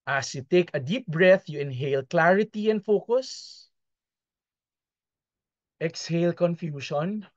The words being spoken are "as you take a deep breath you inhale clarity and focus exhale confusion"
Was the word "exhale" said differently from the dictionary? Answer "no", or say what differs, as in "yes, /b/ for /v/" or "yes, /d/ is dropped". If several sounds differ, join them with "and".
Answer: no